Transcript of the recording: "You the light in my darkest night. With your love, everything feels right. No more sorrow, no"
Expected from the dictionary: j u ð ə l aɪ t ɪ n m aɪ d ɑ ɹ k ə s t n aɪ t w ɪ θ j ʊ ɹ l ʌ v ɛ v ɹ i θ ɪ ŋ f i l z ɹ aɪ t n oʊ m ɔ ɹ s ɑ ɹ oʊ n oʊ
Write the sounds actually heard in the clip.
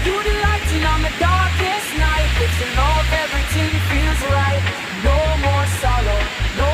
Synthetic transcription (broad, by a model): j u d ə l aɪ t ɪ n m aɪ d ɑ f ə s n aɪ t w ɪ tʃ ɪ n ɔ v ɛ v ɹ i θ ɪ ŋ f i l z ɹ aɪ t n oʊ m ɔ ɹ s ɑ l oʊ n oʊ